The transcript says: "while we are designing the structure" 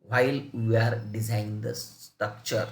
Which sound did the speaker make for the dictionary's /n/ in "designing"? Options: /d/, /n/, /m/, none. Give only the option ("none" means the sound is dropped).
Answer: none